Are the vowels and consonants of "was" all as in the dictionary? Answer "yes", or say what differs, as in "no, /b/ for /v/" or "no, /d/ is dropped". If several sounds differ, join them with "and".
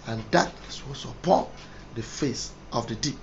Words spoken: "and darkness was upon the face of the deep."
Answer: no, /s/ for /z/